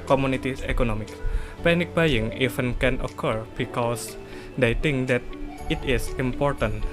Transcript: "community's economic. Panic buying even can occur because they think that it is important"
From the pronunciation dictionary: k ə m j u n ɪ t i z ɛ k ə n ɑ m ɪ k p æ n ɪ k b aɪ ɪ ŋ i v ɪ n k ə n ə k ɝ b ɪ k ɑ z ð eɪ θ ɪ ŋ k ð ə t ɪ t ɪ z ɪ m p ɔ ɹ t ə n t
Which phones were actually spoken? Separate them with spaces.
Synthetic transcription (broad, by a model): k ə m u n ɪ t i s ɛ k ə n ɑ m ɪ k p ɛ n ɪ k b aɪ ɪ ŋ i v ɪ n k ə n ə k ɝ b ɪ k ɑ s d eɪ t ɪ ŋ k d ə t ɪ t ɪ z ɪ m p ɔ ɹ t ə n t